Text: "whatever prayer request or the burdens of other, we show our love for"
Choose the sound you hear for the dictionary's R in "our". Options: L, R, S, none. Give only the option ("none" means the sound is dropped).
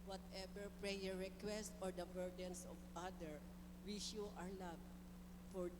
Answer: R